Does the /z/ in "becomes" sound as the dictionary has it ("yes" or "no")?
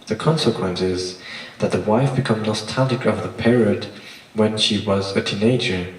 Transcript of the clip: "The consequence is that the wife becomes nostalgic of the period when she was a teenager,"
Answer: no